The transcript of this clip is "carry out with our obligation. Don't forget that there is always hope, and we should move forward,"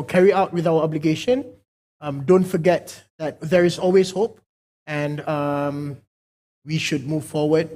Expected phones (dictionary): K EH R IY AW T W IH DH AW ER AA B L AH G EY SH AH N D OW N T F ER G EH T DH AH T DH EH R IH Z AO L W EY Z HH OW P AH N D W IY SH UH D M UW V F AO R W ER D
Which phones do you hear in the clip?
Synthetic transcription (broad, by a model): K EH R IY AW T W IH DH AW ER AA B L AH G EY SH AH N D OW N T F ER G EH T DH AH T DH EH R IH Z AO L W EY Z HH OW P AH N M W IY SH UH D M UW V F AO W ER D